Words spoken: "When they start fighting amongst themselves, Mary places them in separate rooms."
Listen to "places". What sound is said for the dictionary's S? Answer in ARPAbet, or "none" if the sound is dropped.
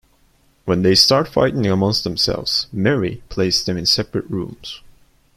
none